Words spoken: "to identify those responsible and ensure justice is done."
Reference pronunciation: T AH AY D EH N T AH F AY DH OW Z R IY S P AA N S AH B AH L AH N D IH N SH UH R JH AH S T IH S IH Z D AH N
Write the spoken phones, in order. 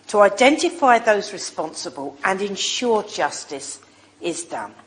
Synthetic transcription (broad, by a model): T AH AY D EH N T AH F AY DH OW Z R IY S P AA N S AH B AH L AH N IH N SH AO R JH AH S T IH S IH Z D AH N